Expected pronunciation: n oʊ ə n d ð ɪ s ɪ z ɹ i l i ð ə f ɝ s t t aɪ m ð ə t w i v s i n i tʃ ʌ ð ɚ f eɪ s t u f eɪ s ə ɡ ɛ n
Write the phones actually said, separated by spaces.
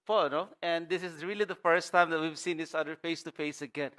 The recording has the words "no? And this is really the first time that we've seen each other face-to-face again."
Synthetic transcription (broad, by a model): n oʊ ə n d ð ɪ s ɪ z ɹ i l i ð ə f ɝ s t t aɪ m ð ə t w i v s i n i s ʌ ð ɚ f eɪ s t u f eɪ s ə ɡ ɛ n